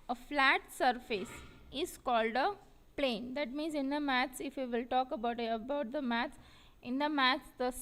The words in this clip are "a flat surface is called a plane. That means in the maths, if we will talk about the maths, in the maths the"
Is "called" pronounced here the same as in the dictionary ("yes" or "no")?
yes